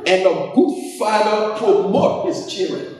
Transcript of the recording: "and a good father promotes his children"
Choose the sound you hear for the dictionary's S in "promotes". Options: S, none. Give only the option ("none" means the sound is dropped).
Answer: none